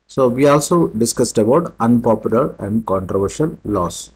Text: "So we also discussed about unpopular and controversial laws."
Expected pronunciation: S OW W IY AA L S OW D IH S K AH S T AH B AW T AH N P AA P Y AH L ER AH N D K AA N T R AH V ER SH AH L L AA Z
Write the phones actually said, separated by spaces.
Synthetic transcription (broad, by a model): S OW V IY AA L S OW D IH S K AH S T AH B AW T AH N P AA P Y AH L ER AH N D K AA N T R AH V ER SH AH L L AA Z